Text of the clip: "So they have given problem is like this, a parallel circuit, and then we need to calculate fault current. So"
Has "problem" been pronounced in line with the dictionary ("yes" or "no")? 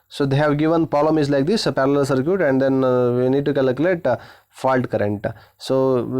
no